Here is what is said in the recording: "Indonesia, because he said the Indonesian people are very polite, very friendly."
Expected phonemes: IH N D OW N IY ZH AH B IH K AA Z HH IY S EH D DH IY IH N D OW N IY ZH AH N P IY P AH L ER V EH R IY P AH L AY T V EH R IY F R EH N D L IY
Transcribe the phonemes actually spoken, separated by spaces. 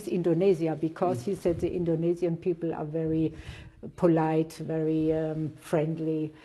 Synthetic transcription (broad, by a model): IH N D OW N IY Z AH B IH K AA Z HH IY S EH D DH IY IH N D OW N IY Z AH N P IY P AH L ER V EH R IY P AH L AY T V EH R IY F R EH N D L IY